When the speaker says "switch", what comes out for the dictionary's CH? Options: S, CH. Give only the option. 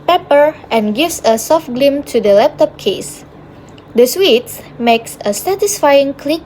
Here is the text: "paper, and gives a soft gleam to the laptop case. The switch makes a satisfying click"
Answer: S